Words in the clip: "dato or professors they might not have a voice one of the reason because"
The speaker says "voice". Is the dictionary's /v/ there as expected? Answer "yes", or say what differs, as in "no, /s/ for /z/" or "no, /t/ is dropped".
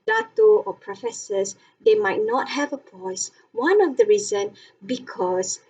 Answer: no, /p/ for /v/